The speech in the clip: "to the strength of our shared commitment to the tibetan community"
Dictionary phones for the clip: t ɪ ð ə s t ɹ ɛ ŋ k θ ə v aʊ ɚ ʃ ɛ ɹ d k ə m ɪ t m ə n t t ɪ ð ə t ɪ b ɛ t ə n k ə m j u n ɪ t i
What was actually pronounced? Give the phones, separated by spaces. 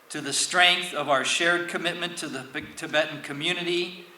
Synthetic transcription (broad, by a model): t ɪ ð ə s t ɹ ɛ ŋ k θ ə v aʊ ɚ ʃ ɛ ɹ d k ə m ɪ t m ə n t t ɪ ð ə t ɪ b ɛ t n k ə m j u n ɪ t i